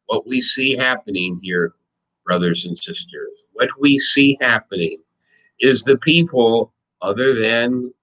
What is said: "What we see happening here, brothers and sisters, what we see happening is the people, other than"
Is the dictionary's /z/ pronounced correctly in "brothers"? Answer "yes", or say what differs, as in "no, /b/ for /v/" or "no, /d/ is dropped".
yes